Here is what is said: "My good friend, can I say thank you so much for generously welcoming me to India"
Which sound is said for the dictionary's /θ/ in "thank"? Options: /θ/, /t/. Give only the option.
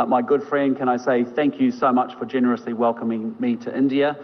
/θ/